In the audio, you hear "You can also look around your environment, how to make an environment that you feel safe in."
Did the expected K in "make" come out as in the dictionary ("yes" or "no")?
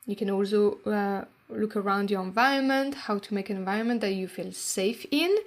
no